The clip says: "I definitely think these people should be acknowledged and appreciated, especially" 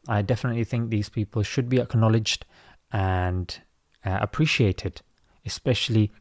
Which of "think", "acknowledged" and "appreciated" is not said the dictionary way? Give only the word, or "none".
none